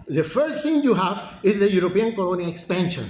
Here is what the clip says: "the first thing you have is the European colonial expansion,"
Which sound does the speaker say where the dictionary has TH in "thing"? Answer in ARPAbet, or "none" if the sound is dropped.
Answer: T